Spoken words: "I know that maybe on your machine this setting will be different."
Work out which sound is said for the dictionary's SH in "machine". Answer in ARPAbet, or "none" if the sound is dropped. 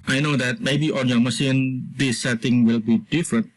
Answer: S